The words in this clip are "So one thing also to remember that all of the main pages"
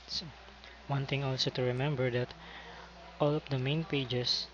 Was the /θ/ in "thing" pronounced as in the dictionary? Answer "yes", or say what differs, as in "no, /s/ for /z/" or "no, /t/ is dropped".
no, /t/ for /θ/